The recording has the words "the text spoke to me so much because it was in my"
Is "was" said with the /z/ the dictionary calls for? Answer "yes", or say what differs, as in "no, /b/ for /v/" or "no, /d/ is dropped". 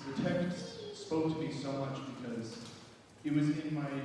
yes